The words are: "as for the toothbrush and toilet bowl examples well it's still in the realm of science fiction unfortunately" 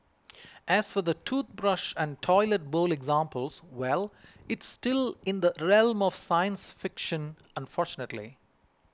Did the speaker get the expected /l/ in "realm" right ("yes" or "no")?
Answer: yes